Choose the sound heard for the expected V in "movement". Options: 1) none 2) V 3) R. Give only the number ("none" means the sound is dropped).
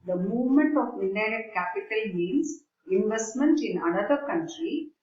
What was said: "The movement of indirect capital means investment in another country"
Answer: 2